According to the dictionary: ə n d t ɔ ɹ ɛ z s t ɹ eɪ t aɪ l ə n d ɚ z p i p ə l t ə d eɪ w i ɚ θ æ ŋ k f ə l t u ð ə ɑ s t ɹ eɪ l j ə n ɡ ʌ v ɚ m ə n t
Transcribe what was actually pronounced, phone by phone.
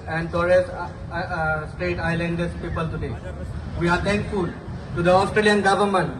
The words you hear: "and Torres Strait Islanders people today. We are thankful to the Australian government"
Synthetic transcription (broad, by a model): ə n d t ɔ ɹ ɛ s s t ɹ eɪ t aɪ l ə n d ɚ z p i p ə l t ə d eɪ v i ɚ t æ ŋ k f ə l t u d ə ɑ s t ɹ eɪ l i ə n ɡ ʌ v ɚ m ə n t